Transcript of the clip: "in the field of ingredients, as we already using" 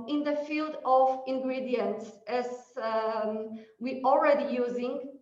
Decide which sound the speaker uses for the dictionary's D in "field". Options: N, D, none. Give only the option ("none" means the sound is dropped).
D